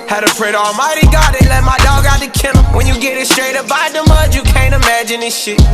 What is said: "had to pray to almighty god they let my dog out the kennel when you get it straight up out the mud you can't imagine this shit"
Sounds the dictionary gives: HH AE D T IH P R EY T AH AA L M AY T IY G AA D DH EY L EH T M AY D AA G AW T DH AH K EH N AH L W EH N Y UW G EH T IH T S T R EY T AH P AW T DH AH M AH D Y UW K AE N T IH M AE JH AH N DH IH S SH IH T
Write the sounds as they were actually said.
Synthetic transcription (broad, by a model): HH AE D T IH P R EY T AA L M AY T IY G AA D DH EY L EH T M AY D AA G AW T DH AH K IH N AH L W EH N Y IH G EH T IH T S T R EY T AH B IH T DH AH M AH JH Y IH K AE N T IH M AE JH AH N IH SH SH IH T